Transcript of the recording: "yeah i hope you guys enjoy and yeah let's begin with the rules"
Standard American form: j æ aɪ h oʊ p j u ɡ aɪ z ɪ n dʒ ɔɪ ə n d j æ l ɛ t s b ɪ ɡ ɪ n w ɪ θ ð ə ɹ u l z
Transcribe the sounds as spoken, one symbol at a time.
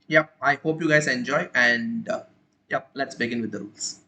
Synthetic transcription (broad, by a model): j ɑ aɪ h oʊ p j u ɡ aɪ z ɪ n dʒ ɔɪ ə n d j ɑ l ɛ t s b ɪ ɡ ɪ n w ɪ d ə ɹ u l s